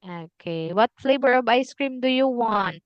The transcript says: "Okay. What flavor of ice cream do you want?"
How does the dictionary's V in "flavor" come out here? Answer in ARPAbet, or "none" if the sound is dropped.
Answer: B